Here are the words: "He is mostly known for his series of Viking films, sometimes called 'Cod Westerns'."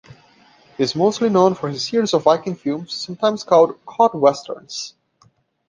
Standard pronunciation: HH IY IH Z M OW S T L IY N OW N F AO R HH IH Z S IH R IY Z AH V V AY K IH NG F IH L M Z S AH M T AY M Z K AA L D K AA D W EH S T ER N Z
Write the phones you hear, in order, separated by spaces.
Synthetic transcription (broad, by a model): HH IY IH Z M OW S T L IY N OW N F AO R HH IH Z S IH R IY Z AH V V AY K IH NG F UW M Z S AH M T AY M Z K AA L D K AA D W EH S T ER N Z